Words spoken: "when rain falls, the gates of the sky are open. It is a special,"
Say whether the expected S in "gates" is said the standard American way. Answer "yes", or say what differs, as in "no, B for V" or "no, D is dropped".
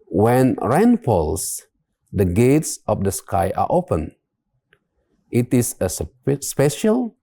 yes